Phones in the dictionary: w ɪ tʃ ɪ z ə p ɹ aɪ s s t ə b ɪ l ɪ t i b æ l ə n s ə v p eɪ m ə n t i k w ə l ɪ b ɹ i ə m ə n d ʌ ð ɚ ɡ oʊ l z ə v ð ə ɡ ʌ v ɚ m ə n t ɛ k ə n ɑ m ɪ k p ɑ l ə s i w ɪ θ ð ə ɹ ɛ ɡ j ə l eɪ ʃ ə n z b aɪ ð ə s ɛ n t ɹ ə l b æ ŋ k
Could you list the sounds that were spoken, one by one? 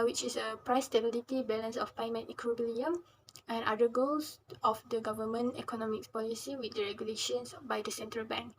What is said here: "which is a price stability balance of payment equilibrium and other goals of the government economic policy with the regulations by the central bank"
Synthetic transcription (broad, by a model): w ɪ tʃ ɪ s ə p ɹ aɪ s s t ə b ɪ l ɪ t i b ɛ l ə n s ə f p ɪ m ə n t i k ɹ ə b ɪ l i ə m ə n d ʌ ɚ ɡ oʊ l s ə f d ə ɡ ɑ v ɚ m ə n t ɛ k ə n ɑ m ɪ k p ɑ l ə s i w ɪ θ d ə ɹ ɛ ɡ j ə l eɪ ʃ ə n s b aɪ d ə s ɛ n t ɹ ə l b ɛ ŋ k